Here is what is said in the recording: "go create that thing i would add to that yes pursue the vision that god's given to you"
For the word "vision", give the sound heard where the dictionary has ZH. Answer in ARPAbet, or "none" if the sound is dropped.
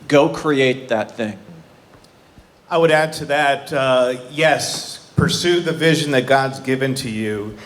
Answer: ZH